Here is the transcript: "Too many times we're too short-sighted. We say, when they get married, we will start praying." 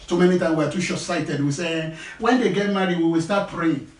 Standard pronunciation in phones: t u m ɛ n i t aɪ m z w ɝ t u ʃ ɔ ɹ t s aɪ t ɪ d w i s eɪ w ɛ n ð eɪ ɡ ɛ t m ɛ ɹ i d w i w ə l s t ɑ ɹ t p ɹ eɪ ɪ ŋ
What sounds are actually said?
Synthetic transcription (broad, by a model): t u m ɛ n i t aɪ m w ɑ t u ʃ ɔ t s aɪ t ɪ d w i s eɪ w ɛ n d eɪ ɡ ɛ t m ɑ ɹ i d w i w ə l s t ɑ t p ɹ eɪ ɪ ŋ